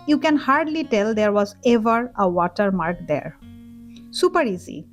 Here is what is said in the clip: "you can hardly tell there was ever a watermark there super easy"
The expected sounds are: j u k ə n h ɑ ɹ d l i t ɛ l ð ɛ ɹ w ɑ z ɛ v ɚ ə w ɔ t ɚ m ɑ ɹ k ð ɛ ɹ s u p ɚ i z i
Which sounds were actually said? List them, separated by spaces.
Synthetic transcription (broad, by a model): j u k ə n h ɑ ɹ d l i t ɛ l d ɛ ɹ w ɑ z ɛ v ɚ ə w ɔ t ɚ m ɑ ɹ k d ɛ ɹ s u p ɚ i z i